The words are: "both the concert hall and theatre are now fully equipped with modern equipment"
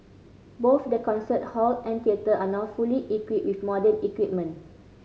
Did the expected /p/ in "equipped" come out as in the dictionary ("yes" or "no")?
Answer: no